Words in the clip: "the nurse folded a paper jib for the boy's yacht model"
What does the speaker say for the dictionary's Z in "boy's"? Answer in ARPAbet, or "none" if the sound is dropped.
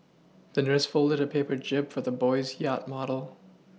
Z